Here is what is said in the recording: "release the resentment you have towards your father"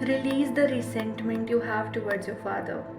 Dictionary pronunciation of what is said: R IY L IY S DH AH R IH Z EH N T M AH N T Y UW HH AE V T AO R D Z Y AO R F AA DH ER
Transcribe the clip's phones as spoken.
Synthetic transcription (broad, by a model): R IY L IY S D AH R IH S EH N T M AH N T Y UW HH AE V T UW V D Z Y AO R F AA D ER